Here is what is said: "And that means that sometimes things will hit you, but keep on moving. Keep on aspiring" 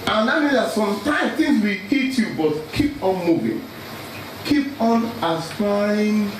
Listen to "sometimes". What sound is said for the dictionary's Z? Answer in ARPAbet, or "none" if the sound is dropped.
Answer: none